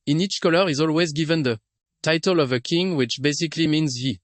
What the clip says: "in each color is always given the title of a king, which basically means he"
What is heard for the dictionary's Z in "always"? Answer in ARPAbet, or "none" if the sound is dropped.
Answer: Z